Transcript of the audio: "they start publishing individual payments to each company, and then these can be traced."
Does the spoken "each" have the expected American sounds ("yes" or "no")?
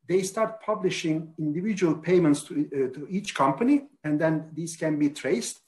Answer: yes